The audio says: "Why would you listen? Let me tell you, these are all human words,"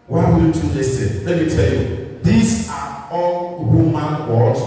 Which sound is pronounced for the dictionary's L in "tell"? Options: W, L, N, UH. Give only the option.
L